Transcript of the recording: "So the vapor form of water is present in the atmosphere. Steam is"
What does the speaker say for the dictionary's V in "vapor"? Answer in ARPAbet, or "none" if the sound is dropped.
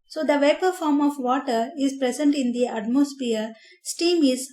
V